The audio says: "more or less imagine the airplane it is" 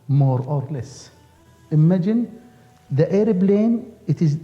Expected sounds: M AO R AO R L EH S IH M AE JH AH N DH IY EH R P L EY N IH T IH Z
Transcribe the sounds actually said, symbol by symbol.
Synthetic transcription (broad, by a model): M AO R AO R L EH S IH M AE JH AH N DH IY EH R B L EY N IH T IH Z